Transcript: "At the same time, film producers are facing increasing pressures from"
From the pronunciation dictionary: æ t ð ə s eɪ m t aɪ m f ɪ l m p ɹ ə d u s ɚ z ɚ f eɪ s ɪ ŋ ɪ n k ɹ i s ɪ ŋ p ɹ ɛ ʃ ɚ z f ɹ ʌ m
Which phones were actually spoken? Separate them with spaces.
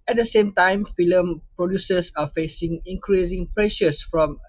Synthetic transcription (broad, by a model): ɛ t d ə s eɪ m t aɪ m f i l m p ɹ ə d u s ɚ s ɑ f eɪ s ɪ ŋ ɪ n k ɹ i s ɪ ŋ p ɹ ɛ ʃ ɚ s f ɹ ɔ m